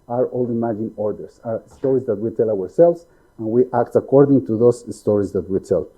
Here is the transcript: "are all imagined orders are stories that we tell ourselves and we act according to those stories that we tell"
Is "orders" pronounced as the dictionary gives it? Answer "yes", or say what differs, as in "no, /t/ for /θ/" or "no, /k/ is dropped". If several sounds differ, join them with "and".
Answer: no, /s/ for /z/